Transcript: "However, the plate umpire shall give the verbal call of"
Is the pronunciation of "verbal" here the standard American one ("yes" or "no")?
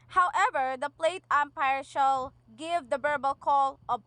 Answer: no